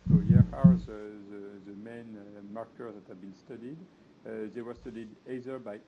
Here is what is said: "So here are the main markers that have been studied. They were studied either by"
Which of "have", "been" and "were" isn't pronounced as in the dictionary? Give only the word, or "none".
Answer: none